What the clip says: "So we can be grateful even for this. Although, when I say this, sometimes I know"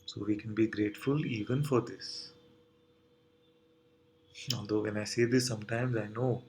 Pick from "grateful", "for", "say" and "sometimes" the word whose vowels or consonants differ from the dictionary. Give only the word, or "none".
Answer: none